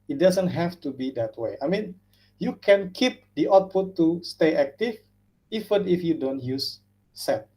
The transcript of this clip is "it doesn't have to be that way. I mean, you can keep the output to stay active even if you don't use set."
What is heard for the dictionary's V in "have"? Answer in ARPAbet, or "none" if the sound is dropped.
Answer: F